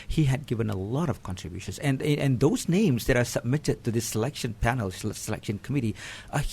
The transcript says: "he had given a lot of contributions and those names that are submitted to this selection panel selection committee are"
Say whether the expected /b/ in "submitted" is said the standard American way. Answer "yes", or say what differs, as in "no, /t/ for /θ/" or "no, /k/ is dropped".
yes